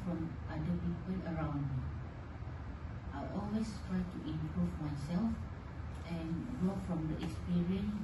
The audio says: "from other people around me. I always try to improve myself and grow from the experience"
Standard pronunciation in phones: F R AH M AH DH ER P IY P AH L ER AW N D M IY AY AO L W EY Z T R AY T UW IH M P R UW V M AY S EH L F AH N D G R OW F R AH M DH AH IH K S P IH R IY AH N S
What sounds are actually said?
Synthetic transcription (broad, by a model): F R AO M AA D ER P IY P AH L ER AW N D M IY AY AO L W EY S T R AY T UW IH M P R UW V M AY S EH L F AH N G OW F R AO M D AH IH K S P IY R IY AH N S